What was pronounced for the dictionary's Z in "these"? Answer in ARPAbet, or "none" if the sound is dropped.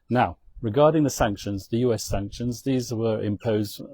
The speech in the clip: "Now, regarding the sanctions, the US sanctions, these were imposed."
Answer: Z